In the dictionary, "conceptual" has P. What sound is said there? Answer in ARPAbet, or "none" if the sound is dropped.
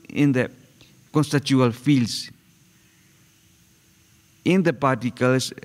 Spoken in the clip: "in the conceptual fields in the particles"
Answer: none